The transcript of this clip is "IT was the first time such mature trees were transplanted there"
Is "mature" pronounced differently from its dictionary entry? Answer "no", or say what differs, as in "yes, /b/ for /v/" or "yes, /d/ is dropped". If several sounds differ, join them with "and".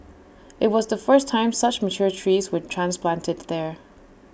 no